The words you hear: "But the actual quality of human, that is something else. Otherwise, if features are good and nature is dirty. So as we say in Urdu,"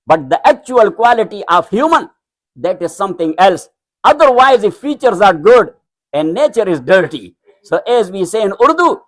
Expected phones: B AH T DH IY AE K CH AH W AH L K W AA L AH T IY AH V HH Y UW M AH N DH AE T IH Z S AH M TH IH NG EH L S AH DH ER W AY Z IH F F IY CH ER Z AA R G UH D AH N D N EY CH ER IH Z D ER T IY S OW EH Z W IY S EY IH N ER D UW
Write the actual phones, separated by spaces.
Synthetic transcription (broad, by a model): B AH T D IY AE K CH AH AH L K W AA L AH T IY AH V HH Y UW M AH N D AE T IH Z S AH M T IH NG EH L S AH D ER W AY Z IH F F IY CH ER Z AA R G UH D AH N D N EY CH ER IH Z D ER T IY S OW EH Z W IY S EY IH N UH D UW